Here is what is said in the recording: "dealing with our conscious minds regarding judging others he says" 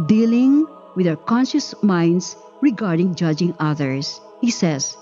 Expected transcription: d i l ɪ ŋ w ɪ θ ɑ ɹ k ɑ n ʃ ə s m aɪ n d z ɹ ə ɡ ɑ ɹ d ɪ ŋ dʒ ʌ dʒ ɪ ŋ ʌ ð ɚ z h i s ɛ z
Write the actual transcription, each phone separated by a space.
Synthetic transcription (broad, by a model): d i l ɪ ŋ w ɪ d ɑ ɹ k ɑ n ʃ ə s m aɪ n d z ɹ ə ɡ ɑ ɹ d ɪ ŋ dʒ ʌ dʒ ɪ ŋ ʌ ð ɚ s h i s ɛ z